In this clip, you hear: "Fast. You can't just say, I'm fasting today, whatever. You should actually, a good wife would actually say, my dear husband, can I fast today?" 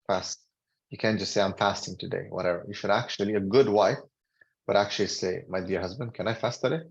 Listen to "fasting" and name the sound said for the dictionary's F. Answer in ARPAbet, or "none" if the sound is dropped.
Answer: F